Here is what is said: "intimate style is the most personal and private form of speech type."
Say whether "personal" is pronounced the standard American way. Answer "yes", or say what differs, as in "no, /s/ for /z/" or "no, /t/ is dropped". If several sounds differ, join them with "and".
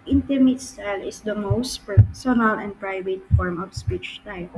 yes